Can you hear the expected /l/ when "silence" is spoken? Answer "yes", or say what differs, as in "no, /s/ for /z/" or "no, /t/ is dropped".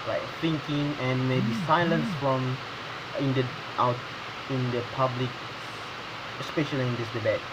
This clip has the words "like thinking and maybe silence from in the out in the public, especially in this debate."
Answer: yes